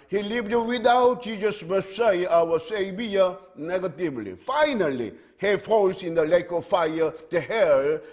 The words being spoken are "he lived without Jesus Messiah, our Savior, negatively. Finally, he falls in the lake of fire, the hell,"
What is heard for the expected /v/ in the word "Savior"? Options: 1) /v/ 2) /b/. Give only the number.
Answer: 2